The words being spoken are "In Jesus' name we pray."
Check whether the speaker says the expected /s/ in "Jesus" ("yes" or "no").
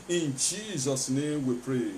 yes